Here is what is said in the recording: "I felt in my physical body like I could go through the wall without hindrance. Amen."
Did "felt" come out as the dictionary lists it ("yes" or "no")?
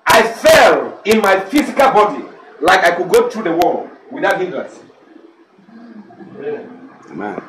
no